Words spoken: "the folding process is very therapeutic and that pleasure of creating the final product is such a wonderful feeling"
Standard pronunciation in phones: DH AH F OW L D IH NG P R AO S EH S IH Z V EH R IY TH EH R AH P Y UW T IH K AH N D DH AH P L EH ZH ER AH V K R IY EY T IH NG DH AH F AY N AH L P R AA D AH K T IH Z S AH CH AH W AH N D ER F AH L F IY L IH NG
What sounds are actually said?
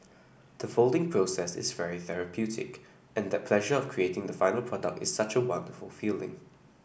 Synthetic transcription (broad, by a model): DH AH F OW L D IH NG P R AO S EH S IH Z V EH R IY TH EH R AH P Y UW T IH K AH N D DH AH P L EH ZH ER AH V K R IY EY T IH NG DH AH F AY N AH L P R AA D AH K T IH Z S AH CH AH W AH N D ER F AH L F IY L IH NG